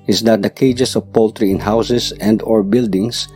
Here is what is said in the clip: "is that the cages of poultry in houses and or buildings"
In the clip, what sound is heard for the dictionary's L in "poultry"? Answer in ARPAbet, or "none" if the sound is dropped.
L